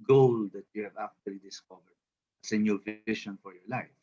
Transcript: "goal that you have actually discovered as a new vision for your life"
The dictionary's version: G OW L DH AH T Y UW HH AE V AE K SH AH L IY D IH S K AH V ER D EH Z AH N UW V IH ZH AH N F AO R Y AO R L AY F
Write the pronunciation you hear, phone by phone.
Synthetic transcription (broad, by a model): G OW L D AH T Y UW HH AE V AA K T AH L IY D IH S K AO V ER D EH S AH N UW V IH SH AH N F AO R Y AO R L AY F